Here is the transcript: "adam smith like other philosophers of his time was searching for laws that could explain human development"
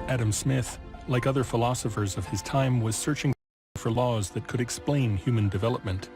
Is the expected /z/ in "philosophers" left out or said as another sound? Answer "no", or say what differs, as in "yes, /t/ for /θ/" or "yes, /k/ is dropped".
no